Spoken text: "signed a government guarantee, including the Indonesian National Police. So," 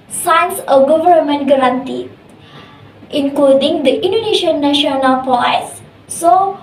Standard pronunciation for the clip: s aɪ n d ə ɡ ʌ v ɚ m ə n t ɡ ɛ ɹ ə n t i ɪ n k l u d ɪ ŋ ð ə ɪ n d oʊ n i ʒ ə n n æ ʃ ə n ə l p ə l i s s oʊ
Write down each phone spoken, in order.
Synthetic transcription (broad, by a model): s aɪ n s ə ɡ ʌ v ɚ m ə n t ɡ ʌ ɹ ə n t i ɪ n k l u d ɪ ŋ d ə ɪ n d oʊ n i ʃ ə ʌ n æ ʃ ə n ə l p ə ɪ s s oʊ